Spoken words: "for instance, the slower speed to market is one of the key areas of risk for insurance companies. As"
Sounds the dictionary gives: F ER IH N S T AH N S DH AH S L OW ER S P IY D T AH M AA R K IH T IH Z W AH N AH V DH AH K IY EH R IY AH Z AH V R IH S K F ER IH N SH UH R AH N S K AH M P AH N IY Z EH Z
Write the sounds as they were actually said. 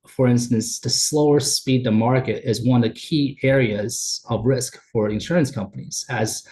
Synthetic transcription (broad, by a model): F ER IH N S T AH N S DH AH S L OW ER S P IY D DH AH M AA R K IH T IH Z W AH N AH V DH AH K IY EH R IY AH Z AH V R IH S K F ER IH N SH UH R AH N S K AH M P AH N IY Z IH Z